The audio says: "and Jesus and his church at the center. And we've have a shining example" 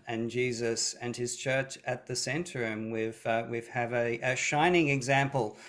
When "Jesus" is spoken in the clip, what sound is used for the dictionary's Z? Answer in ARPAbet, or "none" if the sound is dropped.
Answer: Z